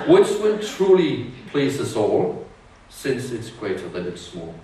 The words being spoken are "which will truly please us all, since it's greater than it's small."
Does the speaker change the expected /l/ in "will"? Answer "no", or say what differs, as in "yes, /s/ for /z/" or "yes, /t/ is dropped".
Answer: yes, /n/ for /l/